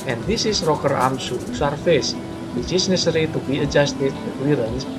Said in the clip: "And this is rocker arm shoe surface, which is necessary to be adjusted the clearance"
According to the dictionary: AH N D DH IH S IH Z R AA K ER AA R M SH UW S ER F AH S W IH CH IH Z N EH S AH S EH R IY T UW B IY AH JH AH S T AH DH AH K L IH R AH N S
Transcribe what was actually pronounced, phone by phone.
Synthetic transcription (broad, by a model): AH N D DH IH S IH S R AA K ER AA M S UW S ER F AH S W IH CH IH S N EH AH S R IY T UW B IY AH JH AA S T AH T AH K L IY R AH N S